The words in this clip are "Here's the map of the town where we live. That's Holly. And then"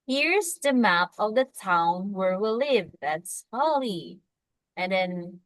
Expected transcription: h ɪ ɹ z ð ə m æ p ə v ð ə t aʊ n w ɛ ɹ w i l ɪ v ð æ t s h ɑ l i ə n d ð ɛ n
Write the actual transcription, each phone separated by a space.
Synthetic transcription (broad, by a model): h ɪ ɹ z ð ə m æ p ə v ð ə t aʊ n w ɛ ɹ w i l ɪ v ð æ t s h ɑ l i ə n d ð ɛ n